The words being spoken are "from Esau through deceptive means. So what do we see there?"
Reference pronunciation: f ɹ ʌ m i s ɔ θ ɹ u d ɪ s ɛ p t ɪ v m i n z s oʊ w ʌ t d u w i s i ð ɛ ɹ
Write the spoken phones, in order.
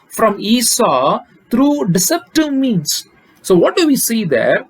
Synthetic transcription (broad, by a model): f ɹ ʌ m i s ɔ t ɹ u d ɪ s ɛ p t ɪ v m i n s oʊ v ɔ t d u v i s i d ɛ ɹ